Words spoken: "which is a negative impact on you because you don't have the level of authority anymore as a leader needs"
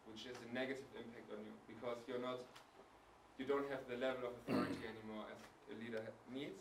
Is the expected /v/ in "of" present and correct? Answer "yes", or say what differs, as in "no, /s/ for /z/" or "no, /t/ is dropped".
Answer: yes